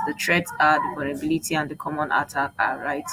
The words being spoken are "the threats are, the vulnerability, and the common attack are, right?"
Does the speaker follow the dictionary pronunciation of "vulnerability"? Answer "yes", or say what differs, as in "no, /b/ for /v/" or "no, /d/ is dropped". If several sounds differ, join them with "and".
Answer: no, /p/ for /v/